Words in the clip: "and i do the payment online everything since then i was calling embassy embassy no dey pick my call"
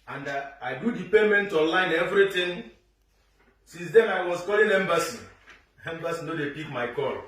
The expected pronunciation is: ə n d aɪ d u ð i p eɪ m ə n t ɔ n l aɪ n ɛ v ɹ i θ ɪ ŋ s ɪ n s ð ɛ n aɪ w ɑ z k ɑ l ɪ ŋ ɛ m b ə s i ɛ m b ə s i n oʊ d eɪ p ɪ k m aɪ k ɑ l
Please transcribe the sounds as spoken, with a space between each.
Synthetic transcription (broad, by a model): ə n d aɪ d u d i p eɪ m ə n t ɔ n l aɪ n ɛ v ɹ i t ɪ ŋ s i n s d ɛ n aɪ w ɑ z k ɑ l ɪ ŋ ɛ m b ə s i ɛ m b ə s i n oʊ d eɪ p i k m aɪ k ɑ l